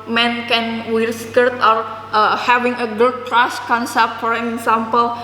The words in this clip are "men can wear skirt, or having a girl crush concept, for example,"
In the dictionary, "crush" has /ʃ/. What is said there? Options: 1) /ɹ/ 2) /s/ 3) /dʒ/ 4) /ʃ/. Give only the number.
2